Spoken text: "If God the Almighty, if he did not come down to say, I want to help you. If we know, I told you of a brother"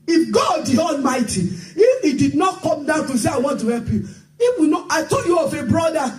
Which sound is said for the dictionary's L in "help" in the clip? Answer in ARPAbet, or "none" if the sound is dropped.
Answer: L